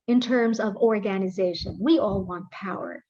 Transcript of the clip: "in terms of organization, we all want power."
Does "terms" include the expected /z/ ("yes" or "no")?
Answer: yes